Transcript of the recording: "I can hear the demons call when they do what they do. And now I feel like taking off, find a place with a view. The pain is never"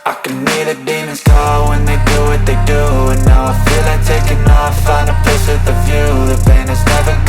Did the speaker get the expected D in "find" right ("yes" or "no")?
no